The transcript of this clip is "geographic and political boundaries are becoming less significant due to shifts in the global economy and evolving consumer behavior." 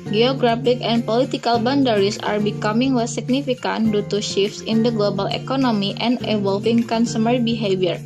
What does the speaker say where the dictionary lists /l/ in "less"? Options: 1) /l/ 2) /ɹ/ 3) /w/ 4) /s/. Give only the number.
3